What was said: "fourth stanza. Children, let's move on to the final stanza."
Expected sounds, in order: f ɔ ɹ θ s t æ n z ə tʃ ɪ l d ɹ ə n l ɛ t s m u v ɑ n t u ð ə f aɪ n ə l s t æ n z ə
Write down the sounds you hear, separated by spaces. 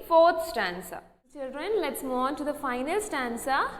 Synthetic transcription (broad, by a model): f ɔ ɹ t s t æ n s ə tʃ ɪ l d ɹ ə n l ɛ t s m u ɑ n t u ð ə f aɪ n ə l s t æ n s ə